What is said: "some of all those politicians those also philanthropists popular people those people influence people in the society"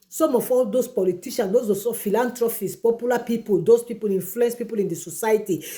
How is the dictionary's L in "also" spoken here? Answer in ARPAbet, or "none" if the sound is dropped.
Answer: none